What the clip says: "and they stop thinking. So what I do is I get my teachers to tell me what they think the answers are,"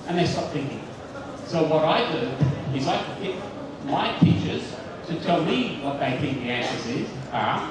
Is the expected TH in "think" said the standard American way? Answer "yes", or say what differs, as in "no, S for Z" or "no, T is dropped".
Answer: yes